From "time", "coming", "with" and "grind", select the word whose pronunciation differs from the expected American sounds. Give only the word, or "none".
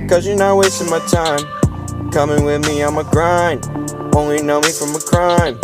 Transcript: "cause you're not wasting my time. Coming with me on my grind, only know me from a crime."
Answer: grind